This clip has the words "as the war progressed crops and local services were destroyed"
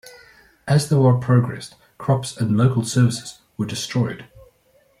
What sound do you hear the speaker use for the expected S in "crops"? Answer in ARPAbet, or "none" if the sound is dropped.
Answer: S